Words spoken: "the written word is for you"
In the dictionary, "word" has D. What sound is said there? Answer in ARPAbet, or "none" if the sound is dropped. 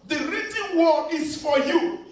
none